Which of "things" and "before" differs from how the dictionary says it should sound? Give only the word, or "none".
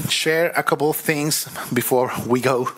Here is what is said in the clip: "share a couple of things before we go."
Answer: none